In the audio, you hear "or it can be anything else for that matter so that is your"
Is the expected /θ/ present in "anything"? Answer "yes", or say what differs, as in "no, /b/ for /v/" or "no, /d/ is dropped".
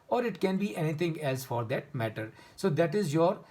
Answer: no, /t/ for /θ/